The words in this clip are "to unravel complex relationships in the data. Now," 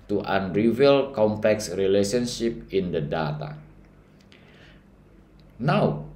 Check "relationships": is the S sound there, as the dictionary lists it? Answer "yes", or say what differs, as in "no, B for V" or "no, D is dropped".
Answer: no, S is dropped